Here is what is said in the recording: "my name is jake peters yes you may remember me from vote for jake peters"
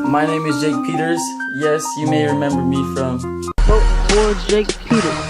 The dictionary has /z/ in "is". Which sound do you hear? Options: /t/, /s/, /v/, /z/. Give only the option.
/z/